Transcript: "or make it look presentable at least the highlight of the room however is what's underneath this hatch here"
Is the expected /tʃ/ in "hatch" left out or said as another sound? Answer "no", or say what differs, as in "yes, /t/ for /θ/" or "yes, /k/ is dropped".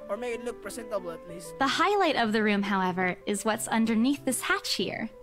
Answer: no